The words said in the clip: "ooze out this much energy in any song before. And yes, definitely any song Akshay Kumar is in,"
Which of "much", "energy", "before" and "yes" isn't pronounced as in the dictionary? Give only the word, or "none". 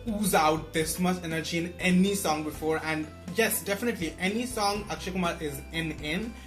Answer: much